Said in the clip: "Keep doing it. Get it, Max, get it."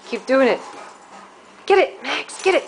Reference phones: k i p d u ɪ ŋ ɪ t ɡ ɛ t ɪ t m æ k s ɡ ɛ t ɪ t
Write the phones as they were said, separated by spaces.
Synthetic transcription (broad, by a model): k i p d u ɪ ŋ ɪ t ɡ ɛ t ɪ t m æ k s ɡ ɛ t ɪ t